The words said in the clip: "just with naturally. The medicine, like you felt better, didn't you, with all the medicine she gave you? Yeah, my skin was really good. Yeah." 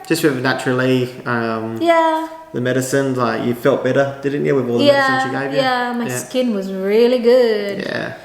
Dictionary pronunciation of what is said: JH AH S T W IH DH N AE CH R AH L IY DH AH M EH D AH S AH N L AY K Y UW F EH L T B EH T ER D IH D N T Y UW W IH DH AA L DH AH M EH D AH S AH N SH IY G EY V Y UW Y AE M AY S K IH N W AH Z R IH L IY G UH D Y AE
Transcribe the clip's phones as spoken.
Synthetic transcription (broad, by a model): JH AH S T W IH DH N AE CH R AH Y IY DH AH M EH D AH S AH N L AY K Y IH F EH L T B EH T ER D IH D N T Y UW W IH DH AA L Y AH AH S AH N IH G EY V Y Y AE M AY S K IH N W AH Z R IH L IY G UH D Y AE